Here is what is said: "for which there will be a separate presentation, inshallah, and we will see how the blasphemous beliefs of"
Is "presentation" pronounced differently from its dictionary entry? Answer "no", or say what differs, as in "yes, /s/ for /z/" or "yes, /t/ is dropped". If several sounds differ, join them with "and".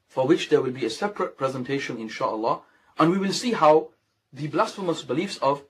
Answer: no